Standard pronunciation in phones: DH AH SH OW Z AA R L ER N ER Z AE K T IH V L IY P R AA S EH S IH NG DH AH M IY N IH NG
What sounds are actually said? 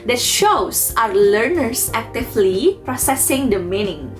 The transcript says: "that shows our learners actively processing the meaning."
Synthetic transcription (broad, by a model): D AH SH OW S AA R L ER N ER S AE K T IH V L IY P R AA S EH S IH NG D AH M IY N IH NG